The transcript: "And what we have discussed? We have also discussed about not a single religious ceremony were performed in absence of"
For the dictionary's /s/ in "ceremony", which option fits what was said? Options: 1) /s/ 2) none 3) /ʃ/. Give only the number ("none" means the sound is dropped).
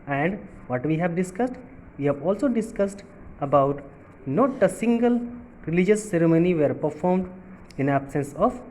1